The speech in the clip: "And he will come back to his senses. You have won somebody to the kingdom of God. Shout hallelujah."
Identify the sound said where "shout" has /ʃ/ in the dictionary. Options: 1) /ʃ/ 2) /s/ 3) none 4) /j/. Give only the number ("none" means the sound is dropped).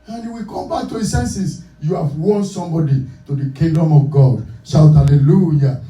2